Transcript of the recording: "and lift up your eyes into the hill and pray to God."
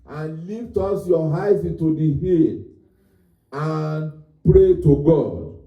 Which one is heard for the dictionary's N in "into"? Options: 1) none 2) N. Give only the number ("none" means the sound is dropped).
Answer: 2